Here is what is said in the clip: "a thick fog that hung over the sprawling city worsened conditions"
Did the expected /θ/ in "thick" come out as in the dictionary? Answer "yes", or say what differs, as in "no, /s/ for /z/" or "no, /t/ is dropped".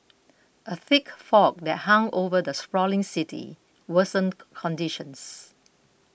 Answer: yes